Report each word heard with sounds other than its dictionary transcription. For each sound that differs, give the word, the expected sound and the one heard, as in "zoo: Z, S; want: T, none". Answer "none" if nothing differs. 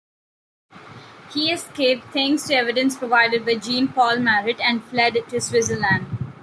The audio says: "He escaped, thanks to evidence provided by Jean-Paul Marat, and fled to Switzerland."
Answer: thanks: TH, T